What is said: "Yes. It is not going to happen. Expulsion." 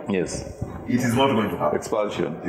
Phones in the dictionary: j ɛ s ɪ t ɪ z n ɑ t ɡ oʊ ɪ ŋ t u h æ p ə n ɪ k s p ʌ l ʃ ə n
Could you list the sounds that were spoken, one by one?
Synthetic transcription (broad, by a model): j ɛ s ɪ t ɪ z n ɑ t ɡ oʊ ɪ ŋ t u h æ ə ɪ k s p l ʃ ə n